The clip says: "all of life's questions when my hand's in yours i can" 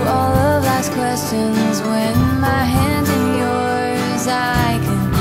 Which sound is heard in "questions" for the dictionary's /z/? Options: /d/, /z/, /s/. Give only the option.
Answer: /z/